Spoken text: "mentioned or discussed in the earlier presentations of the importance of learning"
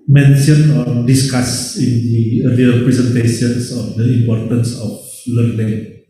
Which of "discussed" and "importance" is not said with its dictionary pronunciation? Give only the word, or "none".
discussed